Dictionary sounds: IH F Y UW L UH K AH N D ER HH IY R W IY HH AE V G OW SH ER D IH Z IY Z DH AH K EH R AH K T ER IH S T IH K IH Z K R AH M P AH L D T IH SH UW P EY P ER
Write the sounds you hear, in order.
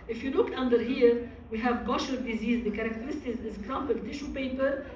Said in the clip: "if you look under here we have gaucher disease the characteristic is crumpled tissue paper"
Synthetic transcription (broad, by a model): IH F Y UW L UH K AH N D ER HH IY R W IY HH AE V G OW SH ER D IH Z IY Z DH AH K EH R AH K T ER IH S T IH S IH Z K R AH M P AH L T IH SH UW P EY P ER